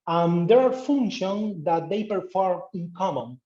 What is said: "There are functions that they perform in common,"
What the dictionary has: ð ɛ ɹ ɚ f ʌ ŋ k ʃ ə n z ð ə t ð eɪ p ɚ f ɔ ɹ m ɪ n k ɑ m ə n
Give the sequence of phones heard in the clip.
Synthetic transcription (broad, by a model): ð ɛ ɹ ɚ f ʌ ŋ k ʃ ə n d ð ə t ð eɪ p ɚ f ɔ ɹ ɪ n k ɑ m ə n